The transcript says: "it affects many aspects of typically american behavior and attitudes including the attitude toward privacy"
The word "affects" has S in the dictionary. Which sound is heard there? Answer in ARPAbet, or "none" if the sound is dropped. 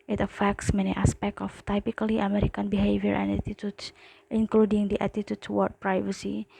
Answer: S